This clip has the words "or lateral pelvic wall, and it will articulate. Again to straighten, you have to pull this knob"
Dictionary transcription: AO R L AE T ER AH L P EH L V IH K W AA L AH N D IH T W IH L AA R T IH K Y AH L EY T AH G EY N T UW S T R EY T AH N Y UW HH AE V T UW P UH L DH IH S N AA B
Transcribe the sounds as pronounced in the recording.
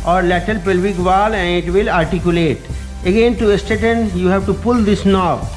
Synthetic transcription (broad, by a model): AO R L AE T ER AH L P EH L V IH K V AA L AH N D IH T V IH L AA R T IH K Y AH L EY T AH G EY N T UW S T EY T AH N Y UW HH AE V T UW P UH L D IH S N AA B